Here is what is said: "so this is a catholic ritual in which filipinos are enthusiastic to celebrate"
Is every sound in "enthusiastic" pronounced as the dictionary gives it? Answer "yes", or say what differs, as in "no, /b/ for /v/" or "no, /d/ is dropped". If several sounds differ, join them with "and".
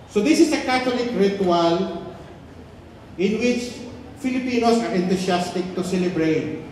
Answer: no, /t/ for /θ/ and /s/ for /z/